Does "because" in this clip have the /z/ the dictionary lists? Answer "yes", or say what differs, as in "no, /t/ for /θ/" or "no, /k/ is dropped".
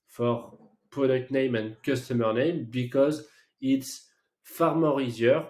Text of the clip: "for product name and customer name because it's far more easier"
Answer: yes